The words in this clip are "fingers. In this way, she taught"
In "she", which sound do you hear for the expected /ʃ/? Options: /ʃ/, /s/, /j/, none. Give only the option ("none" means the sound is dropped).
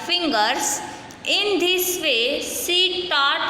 /s/